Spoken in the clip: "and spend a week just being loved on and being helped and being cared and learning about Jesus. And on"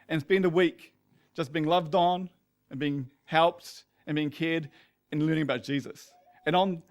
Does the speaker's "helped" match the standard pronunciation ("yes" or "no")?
yes